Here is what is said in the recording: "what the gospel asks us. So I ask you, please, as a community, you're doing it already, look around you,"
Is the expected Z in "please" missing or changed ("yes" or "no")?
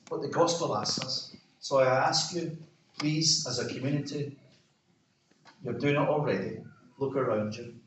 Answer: no